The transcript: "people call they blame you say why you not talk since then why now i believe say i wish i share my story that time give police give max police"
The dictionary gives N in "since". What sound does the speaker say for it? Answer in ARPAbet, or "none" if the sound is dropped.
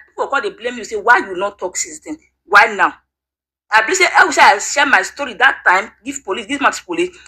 none